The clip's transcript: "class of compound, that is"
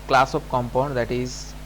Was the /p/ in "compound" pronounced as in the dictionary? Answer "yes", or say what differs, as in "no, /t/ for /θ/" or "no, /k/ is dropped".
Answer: yes